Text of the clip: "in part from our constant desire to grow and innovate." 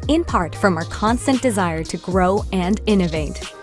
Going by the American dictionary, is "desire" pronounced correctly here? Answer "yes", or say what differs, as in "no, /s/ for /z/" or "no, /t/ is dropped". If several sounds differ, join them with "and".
yes